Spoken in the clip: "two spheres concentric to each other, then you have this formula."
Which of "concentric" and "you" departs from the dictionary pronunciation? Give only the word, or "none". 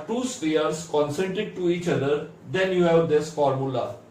concentric